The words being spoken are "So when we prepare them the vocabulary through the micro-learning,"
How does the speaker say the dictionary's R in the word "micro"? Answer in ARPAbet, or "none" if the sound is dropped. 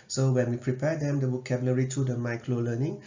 L